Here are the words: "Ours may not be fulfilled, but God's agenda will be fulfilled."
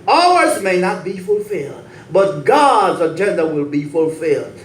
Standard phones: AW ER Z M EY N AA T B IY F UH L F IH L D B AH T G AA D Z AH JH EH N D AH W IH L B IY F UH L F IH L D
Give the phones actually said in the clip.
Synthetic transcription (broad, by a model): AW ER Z M EY N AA T B IY F UH L F IH L D B AH T G AA D Z AH JH EH N D AH W IH L B IY F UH L F IH L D